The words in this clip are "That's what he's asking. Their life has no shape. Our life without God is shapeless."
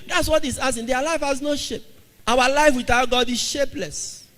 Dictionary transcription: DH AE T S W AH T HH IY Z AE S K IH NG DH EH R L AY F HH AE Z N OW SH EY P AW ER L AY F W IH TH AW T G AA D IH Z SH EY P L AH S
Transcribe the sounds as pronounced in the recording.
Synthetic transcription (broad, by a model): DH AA T S W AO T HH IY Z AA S IH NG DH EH L AY F HH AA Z N OW SH EY P AW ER L AY F W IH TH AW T G AA D IH Z SH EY P L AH S